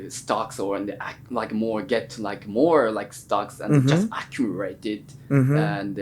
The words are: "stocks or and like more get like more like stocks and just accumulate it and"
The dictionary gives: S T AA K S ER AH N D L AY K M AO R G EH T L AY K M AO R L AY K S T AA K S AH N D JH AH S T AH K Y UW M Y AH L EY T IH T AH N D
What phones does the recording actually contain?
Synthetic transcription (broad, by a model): S T AA K S ER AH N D L AY K M AO R G EH T L AY K M AO R L AY K S T AA K S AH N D JH AH S T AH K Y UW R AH IH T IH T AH N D